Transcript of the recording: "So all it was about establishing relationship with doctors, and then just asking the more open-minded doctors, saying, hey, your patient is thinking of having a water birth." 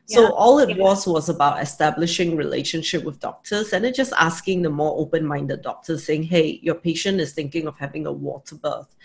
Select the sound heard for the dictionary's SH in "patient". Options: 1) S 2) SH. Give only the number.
2